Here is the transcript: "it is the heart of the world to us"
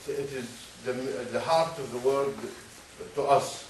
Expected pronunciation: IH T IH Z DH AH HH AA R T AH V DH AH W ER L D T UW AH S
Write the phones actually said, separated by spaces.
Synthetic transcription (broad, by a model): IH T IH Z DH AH HH AA R T AH V DH AH W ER D T UW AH S